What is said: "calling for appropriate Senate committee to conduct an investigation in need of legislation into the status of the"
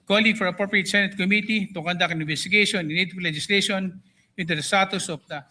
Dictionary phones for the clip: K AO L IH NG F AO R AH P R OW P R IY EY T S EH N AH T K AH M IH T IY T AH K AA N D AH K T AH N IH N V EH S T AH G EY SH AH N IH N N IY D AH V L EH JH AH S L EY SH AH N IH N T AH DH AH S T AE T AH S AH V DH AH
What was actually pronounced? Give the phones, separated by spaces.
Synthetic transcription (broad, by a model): K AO L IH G F AO R AH P R OW P R IY EY T S EH N AH T K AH M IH T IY T AH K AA N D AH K AH N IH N B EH S T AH G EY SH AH N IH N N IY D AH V L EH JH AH S L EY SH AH N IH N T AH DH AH S T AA T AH S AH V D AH